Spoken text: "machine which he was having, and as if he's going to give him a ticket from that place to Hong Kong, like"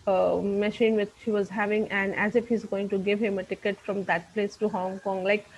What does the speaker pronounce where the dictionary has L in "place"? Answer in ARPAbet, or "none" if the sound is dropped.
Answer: L